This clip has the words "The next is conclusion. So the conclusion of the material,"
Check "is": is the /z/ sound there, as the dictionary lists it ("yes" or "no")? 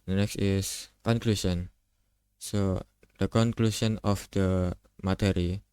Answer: no